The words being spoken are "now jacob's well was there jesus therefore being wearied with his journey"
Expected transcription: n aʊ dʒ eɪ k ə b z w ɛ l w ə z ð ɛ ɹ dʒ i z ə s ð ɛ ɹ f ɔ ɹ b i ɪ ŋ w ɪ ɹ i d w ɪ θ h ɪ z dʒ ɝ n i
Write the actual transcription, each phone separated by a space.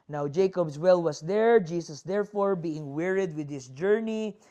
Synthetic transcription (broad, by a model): n aʊ dʒ eɪ k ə b s w ɛ l w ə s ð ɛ ɹ dʒ i s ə s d ɛ ɹ f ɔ ɹ b i ɪ ŋ w ɪ ɹ i d w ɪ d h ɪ s dʒ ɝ n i